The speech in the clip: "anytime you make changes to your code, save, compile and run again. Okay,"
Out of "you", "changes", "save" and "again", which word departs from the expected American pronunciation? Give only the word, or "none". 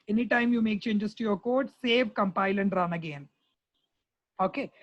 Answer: changes